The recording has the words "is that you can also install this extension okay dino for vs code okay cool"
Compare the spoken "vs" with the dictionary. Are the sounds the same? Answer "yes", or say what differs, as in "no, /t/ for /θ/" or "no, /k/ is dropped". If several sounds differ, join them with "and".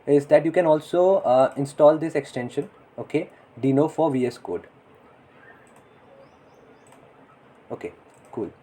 yes